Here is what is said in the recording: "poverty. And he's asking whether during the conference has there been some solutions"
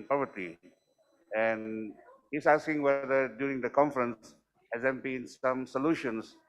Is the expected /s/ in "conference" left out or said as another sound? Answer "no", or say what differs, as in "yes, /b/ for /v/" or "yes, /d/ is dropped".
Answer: no